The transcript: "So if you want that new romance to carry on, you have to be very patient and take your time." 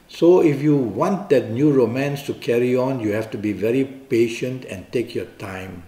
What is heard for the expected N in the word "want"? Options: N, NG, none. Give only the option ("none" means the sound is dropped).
N